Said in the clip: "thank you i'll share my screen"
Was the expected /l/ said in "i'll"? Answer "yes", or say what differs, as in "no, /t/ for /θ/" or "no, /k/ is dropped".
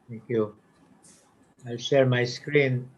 yes